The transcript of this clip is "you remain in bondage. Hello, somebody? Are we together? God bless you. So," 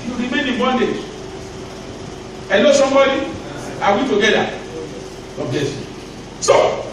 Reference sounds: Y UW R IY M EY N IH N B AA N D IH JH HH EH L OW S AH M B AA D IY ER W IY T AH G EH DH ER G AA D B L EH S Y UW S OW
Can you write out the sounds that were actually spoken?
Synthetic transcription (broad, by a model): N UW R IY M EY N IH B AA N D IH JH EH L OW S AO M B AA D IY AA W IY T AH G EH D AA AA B EH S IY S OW